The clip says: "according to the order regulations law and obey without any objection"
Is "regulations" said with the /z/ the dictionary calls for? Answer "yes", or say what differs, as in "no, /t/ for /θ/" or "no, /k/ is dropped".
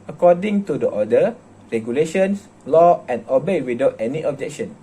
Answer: no, /s/ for /z/